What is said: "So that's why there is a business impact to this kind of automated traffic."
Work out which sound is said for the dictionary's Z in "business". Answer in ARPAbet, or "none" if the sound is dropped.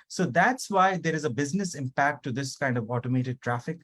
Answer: Z